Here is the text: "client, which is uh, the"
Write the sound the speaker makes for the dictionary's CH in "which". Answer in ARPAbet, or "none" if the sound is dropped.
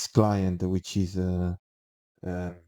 CH